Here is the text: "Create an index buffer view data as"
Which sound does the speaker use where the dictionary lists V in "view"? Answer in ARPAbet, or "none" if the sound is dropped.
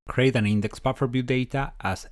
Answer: B